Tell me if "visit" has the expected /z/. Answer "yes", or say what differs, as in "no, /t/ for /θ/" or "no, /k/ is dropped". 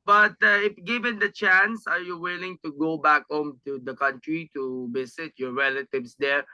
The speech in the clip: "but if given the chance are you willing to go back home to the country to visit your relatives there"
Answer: no, /s/ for /z/